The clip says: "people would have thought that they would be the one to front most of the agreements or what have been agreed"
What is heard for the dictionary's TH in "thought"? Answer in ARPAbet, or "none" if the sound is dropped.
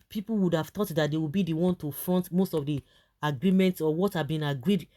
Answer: T